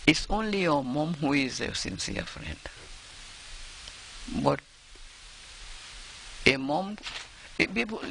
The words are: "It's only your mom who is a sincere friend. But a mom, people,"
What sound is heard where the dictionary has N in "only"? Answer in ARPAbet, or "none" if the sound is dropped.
N